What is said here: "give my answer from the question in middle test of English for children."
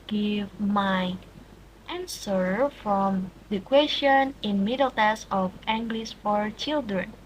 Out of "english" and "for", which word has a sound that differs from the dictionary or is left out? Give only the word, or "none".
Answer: english